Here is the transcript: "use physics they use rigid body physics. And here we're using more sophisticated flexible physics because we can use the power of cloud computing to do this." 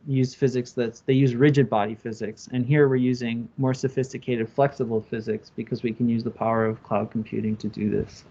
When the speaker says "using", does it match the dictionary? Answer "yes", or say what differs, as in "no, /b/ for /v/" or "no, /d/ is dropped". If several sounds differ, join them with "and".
yes